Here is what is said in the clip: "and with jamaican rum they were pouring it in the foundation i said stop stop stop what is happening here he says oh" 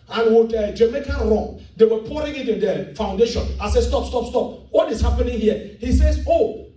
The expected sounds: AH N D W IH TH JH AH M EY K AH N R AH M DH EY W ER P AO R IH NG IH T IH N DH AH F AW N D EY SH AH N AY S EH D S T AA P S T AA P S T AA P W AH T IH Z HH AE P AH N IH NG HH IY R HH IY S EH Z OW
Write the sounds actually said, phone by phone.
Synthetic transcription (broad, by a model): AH N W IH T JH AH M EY K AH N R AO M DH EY W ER P AO R IH NG IH T IH N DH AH F AW N D EY SH AH N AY S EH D S T AA P S T AA P S T AA P W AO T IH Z HH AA P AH N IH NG HH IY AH HH IY S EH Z OW